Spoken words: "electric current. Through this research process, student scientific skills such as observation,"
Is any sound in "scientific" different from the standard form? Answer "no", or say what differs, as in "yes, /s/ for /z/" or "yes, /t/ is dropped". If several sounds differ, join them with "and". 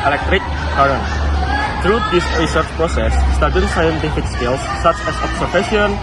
no